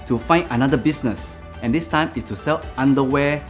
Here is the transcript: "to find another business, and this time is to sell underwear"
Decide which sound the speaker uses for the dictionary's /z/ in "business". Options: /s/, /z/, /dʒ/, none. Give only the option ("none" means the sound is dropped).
/s/